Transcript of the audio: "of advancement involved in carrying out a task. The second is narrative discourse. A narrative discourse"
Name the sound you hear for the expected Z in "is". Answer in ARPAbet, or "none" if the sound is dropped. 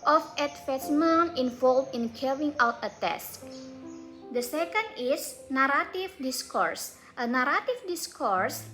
S